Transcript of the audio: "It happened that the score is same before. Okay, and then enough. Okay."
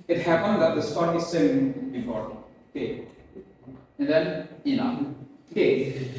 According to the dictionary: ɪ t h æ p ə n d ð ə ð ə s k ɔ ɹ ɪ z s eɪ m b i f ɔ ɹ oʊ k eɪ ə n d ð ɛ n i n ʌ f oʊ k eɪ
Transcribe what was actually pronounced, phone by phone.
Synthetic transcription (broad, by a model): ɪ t h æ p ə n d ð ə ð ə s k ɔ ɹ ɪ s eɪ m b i p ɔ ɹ oʊ k eɪ ə n d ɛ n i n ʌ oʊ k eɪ